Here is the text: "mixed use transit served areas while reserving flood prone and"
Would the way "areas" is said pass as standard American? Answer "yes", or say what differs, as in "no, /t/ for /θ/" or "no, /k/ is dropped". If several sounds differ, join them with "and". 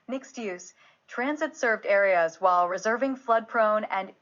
yes